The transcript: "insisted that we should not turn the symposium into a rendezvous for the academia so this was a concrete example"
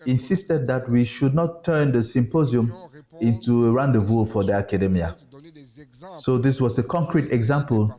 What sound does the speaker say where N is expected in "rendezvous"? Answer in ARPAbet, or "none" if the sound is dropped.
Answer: N